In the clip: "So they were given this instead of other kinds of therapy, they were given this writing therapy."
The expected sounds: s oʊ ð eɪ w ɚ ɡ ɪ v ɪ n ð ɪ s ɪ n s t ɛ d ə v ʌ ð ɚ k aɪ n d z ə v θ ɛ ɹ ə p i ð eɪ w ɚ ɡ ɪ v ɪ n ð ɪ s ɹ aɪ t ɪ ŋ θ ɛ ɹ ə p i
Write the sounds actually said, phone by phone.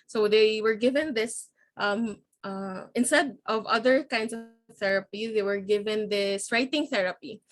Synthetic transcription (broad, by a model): s oʊ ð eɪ w ɚ ɡ ɪ v ɪ n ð ɪ s ɪ n s t ɛ d ə v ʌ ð ɚ k aɪ n d s ə v θ ɛ ɹ ə p i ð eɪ w ɚ ɡ ɪ v ɪ n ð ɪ s ɹ aɪ t ɪ ŋ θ ɛ ɹ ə p i